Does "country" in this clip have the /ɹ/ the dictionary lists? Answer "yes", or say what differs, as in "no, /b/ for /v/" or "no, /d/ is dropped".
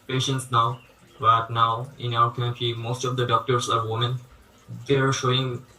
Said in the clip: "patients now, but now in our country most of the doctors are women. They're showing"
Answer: no, /ɹ/ is dropped